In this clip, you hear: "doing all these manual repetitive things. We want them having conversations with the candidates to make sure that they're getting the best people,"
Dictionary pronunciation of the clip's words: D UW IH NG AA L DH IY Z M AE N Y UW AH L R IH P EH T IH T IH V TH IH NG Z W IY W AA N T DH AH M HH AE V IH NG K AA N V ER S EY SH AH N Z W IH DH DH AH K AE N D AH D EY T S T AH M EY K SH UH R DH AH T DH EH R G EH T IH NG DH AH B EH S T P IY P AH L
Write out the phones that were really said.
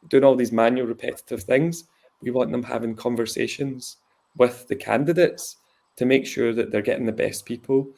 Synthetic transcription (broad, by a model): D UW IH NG AA L DH IY Z M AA N Y UW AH L R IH P EH T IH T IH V TH IH NG Z W IY W AA N T DH AH M HH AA V IH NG K AA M V ER S EY SH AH N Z W IH DH DH AH K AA N D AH D EY T S T AH M EY K SH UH R DH AH T DH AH R G EH T IH NG DH AH B EH S P IY P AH L